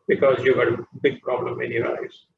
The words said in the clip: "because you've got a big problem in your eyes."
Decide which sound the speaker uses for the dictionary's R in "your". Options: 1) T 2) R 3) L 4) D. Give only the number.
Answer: 3